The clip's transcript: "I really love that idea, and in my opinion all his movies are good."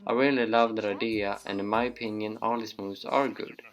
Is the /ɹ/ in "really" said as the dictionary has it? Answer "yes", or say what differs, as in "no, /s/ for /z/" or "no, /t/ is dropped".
no, /w/ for /ɹ/